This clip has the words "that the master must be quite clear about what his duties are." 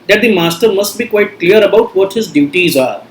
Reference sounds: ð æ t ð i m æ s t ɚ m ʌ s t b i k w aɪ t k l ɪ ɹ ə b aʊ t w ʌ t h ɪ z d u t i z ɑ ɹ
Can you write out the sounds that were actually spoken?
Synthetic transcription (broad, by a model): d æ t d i m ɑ s t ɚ m ʌ s t b i k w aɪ t k l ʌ ɹ ə b aʊ t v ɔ t h ɪ z d u t i z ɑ ɹ